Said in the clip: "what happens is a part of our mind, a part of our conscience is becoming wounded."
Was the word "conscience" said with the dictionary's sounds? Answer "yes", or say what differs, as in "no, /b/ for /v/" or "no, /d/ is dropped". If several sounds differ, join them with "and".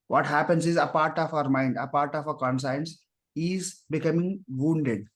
no, /s/ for /ʃ/